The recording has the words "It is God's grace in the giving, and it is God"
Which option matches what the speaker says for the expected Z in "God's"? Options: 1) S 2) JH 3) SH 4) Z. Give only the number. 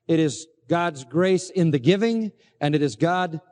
4